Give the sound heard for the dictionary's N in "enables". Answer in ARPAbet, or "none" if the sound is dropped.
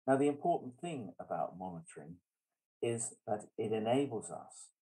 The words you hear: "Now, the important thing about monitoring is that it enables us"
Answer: N